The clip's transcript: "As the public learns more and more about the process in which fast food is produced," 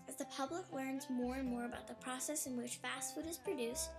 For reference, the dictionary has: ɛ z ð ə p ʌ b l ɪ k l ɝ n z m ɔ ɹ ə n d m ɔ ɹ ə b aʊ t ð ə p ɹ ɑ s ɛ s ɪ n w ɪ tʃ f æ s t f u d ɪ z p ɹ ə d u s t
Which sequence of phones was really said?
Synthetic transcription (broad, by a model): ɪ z ð ə p ʌ b l ɪ k l ɝ n z m ɔ ɹ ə n m ɔ ɹ ə b aʊ t ð ə p ɹ ɑ s ɛ s ɪ n w ɪ tʃ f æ s t f u d ɪ z p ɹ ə d u s t